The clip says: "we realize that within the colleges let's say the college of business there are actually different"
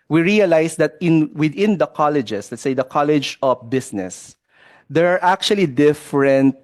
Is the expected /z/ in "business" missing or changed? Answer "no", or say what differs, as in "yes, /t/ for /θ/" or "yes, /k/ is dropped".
yes, /s/ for /z/